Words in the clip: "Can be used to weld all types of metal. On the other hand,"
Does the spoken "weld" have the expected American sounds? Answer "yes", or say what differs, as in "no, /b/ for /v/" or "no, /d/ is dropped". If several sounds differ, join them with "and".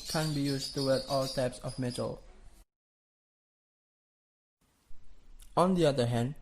no, /l/ is dropped